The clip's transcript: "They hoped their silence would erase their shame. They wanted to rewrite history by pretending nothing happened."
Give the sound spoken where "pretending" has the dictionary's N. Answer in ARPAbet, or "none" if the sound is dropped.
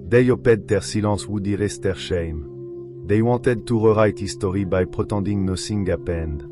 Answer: none